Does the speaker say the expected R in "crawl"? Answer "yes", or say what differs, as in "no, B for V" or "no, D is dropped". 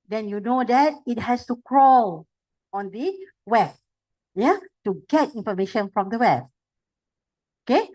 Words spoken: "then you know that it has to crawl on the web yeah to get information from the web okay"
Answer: yes